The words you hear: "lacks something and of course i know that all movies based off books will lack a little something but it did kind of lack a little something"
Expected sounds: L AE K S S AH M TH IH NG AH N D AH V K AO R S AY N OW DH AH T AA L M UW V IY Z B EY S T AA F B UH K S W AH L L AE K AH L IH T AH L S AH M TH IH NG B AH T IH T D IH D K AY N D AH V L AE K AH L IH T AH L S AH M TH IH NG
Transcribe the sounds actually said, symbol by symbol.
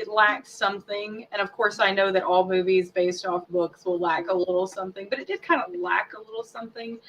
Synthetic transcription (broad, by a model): L AE K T S AH M TH IH NG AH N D AH V K AO R S AY N OW DH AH T AA L M UW V IY Z B EY S T AA F B UH K S W AH L L AE K AH L IH T L S AH M TH IH NG B AH T IH T D IH D K AY N D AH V L AE K AH L IH T L S AH M TH IH NG